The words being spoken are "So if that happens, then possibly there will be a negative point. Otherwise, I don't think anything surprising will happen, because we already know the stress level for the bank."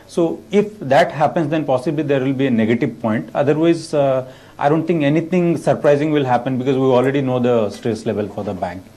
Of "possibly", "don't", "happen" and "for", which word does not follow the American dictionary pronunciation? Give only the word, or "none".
none